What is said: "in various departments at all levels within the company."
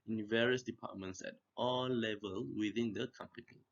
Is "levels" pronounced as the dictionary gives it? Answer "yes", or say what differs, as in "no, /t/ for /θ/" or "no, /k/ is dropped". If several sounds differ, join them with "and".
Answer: no, /z/ is dropped